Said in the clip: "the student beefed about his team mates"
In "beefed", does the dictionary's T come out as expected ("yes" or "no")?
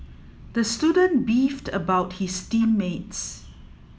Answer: yes